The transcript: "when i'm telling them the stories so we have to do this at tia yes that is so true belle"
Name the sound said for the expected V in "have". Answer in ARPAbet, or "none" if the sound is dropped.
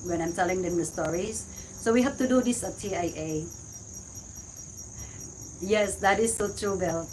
F